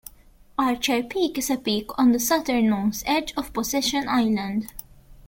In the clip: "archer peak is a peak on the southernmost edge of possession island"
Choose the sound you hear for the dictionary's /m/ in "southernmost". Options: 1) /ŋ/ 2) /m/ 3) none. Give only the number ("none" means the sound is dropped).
3